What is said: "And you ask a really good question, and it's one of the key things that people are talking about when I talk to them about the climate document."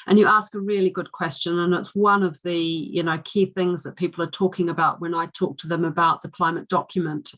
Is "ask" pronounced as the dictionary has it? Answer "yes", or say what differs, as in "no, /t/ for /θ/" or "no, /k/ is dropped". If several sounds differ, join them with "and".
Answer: yes